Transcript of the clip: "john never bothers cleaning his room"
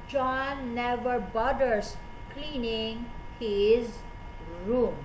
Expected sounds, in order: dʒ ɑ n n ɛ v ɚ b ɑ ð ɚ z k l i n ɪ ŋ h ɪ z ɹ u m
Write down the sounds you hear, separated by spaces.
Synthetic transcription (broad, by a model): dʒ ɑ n n ɛ v ɚ b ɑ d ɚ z k l i n ɪ ŋ h ɪ z ɹ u m